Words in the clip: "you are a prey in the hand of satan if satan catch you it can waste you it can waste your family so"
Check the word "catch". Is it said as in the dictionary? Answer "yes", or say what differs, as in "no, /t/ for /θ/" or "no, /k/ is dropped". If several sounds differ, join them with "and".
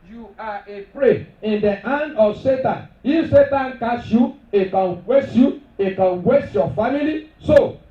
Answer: no, /s/ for /tʃ/